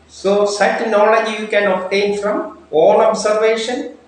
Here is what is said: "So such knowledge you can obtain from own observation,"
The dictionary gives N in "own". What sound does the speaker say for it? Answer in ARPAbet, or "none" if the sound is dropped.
L